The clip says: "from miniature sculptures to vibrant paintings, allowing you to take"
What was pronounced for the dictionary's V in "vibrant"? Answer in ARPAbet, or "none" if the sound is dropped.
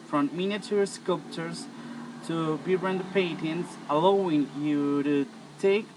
B